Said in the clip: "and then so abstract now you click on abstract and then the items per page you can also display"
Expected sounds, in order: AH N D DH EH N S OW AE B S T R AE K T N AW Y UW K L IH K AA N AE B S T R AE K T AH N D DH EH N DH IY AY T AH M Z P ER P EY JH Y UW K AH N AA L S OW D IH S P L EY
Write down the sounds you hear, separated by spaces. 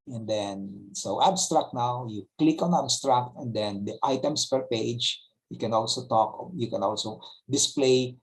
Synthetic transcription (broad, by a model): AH N D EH N S OW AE B S T R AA K T N AW Y UW K L IH K AA N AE B S T R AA K T AH N D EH N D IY AY T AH M S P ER P EY JH Y UW K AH N AA L S OW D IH S P L EY